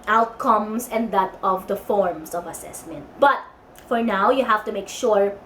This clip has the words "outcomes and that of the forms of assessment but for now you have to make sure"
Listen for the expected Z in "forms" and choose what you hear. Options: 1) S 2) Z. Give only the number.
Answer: 1